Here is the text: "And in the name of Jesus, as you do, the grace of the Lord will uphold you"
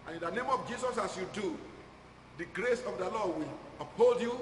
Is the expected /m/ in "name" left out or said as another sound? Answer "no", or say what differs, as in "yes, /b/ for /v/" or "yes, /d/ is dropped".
no